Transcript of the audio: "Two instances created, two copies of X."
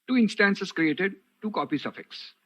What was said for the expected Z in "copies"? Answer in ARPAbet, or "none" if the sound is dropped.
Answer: S